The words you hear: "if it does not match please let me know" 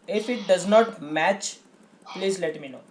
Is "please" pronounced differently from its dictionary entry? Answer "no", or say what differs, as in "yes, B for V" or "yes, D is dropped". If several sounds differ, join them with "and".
no